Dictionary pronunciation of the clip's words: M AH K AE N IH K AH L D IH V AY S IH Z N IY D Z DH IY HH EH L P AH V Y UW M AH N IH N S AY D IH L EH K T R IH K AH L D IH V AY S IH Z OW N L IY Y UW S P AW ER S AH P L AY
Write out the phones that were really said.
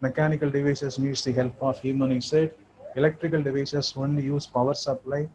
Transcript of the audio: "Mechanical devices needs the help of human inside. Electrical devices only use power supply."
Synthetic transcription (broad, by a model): M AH K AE N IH K AH L D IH V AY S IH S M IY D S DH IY HH EH L P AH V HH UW M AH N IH S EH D IH L EH K T R IH K AH L D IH V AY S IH S OW N L IY Y UW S P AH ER S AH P L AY